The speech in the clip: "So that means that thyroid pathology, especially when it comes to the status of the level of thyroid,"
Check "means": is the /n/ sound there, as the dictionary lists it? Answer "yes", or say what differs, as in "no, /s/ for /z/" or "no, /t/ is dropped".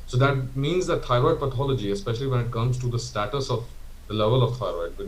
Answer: yes